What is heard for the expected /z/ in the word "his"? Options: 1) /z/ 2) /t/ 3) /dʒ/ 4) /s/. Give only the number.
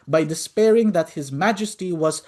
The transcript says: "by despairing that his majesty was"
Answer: 1